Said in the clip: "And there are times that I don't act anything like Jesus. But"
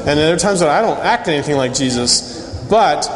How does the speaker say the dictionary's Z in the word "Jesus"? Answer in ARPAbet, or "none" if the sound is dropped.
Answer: Z